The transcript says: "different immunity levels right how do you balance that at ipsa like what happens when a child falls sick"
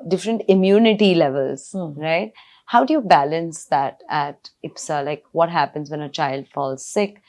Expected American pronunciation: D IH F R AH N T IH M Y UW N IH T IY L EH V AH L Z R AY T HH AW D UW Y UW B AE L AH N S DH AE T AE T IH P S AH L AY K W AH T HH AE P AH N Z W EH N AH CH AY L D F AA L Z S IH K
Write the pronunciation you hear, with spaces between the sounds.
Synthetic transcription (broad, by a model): D IH F R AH N T IH M Y UW N IH T IY L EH V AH L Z R AY T HH AW D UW Y UW B AE L AH N S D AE T AE T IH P S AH L AY K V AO T HH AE P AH N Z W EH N AH CH AY L D F AA L Z S IH K